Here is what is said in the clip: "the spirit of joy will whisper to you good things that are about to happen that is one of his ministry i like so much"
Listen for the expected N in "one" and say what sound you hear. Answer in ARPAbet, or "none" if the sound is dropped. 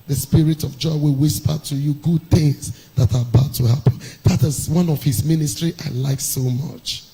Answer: N